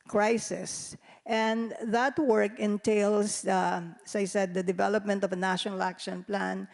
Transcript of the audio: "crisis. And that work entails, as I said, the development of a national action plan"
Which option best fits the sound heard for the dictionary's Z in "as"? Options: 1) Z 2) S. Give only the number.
2